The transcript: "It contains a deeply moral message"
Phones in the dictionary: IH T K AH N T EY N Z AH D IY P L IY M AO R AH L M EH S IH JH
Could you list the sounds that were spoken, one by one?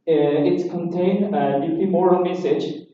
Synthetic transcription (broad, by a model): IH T K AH N T EY N AH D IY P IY M AO R AH L M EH S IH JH